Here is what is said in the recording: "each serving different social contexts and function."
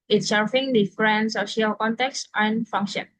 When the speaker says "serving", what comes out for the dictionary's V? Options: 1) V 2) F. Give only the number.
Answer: 2